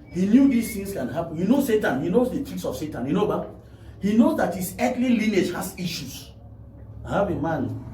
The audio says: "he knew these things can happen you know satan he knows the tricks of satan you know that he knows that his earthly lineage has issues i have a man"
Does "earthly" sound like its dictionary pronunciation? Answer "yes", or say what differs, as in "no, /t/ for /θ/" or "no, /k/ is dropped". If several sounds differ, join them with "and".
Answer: no, /t/ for /θ/